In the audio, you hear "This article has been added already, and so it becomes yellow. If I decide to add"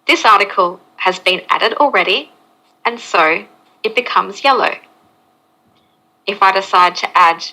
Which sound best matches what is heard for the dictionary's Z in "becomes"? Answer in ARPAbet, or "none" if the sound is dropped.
Z